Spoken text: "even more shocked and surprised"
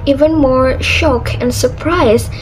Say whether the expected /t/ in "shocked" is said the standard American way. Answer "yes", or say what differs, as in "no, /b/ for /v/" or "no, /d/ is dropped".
no, /t/ is dropped